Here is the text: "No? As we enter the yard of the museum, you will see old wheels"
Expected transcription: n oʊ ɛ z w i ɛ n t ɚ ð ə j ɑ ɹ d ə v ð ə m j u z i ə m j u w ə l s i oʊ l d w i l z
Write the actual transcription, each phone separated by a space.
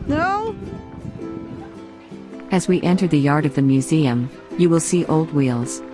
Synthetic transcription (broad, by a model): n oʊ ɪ z w i ɛ n t ɚ ð ə j ɑ ɹ d ə v ð ə m j u z i ə m j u w ə l s i oʊ l d w i l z